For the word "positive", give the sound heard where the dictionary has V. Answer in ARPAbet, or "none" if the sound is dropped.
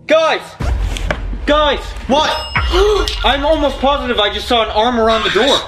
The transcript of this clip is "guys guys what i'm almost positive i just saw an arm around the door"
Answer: V